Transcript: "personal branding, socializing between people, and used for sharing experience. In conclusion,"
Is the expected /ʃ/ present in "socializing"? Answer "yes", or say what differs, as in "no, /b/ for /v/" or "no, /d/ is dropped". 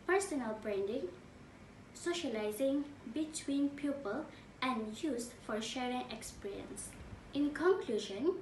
yes